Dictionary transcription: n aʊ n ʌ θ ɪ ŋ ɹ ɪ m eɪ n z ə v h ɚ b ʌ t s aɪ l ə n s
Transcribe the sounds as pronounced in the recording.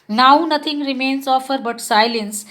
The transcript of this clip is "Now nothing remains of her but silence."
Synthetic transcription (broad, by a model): n aʊ n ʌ t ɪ ŋ ɹ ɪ m eɪ n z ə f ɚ b ʌ t s aɪ l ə n s